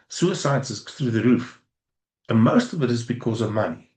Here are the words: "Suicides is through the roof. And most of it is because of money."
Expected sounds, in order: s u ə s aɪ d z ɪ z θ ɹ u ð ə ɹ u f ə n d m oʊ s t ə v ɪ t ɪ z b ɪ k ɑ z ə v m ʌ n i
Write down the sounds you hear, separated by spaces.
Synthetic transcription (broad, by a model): s u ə s aɪ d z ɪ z θ ɹ u ð ə ɹ u f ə n m oʊ s t ə v ɪ t ɪ z b ɪ k ɑ z ə v m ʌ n i